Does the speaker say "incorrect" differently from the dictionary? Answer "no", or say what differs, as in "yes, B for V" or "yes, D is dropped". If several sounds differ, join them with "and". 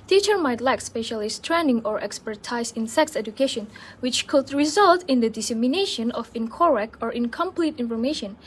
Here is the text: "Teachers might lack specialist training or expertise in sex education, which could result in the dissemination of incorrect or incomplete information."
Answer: yes, T is dropped